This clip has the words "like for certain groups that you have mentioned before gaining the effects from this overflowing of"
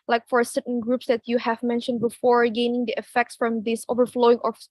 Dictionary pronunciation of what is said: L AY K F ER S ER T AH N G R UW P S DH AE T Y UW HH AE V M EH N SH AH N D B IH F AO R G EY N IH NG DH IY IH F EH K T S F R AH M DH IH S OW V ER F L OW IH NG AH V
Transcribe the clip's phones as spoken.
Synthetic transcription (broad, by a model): L AY K F ER S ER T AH N G R UW P S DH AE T Y UW HH AE V M EH N SH AH N D B IH F AO R G EY N IH NG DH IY IH F EH K T S F R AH M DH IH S OW V ER F L OW IH NG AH